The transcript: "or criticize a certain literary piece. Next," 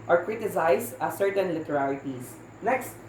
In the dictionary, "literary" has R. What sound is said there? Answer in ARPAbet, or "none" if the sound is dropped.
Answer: L